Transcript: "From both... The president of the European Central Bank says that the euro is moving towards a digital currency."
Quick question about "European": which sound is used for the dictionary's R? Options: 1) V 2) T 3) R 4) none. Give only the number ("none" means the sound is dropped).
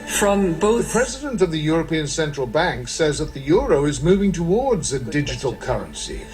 3